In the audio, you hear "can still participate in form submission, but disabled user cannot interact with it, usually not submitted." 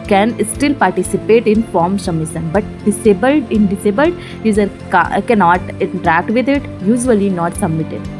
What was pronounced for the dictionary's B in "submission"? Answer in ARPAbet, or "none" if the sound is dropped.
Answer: none